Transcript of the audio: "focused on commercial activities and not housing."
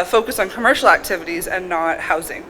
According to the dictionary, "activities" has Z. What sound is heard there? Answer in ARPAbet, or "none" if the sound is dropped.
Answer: Z